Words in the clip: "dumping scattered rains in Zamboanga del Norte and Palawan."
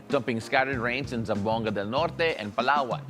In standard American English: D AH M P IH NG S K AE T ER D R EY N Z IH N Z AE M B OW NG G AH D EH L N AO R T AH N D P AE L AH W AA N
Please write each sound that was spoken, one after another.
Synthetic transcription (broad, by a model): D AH M P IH NG S K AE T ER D R EY N S IH N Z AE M B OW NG G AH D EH L N AO R T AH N P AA L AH W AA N